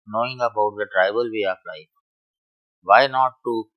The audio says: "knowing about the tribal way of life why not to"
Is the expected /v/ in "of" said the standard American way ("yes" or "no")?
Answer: no